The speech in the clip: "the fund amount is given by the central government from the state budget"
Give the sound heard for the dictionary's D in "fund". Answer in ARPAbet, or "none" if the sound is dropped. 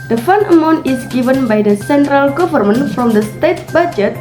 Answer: none